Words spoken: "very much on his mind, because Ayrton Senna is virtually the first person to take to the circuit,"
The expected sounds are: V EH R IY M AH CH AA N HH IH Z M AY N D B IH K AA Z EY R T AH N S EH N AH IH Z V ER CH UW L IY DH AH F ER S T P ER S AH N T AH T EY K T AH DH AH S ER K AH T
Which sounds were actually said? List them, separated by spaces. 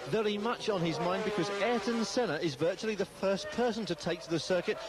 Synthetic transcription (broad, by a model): V EH R IY M AH CH N IH Z M AY N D B IH K AA Z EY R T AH N S EH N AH IH Z V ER CH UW L IY DH AH F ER S P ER S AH N T AH T EY K T AH DH AH S ER K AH T